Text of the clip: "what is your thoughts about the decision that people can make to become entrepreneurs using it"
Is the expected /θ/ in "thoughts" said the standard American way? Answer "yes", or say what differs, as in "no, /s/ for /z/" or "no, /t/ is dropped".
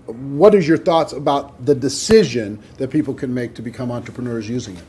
yes